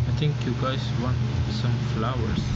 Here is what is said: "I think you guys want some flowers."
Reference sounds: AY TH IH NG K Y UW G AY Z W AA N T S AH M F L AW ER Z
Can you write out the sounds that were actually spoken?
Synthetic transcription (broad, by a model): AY T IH NG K Y UW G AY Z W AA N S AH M F L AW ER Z